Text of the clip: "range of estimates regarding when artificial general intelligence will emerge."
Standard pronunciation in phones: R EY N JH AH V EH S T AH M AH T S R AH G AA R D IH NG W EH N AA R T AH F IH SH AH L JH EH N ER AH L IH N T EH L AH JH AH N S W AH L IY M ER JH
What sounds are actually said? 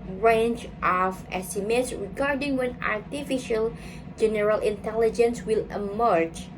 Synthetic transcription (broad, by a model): R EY N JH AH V EH S T AH M AH T S R AH G AA R D IH NG W EH N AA R T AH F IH SH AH L JH EH N ER AH L IH N T EH L AH JH AH N S W AH L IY M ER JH